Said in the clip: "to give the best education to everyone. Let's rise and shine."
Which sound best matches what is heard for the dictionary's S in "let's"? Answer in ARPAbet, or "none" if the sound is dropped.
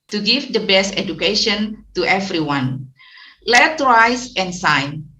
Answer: none